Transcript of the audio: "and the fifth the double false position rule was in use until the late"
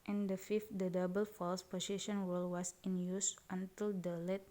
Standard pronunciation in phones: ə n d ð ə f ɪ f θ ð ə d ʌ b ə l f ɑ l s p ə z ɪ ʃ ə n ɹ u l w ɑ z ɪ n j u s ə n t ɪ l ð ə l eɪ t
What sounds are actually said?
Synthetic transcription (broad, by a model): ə n d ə f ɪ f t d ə d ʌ b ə l f ɑ l s p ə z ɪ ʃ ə n w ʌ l w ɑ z ɪ n j u s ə n t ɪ l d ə l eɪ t